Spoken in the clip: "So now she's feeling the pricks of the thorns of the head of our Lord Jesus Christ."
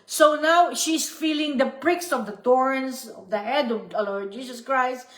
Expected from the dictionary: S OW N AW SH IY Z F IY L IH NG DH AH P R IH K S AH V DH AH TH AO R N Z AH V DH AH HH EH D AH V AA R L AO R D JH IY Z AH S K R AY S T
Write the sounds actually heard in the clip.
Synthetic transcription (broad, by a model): S OW N AW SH IY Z F IY L IH NG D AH P R IH K S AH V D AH T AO R N S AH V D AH HH EH D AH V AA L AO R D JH IY S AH S K R AY S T